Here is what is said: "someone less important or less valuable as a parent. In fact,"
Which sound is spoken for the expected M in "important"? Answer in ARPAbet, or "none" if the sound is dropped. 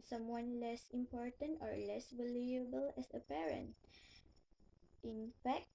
M